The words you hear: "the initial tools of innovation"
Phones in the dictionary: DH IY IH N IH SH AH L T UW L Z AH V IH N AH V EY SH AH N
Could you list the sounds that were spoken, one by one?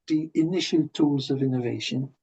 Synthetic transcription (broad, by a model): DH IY IH N IH SH AH L T UW L Z AH V IH N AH V EY SH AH N